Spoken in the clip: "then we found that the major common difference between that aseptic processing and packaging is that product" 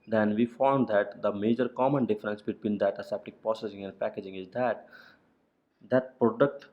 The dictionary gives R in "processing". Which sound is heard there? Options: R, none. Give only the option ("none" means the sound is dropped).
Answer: none